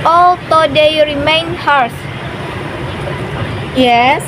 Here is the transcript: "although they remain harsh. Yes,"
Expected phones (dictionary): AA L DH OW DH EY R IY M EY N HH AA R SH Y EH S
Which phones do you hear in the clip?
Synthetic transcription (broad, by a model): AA L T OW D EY R IY M EY N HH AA R S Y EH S